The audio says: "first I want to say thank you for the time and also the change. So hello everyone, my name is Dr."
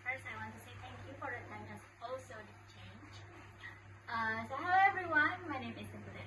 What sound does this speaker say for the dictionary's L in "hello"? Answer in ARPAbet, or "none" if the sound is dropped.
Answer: none